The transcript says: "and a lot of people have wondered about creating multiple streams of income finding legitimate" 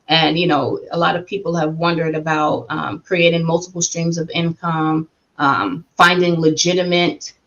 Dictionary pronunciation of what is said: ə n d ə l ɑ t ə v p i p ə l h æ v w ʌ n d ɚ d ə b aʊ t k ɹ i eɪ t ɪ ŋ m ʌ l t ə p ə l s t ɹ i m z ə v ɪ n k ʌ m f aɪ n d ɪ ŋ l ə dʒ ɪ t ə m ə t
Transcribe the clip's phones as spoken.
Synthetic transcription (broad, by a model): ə n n ə l ɑ t ə v p i p l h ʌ v w ʌ n d ɚ d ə b aʊ t k ɹ i eɪ t ɪ ŋ m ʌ l t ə p l s t ɹ i m z ə v ɪ n k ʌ m f aɪ n d ɪ ŋ l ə dʒ ɪ t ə m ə t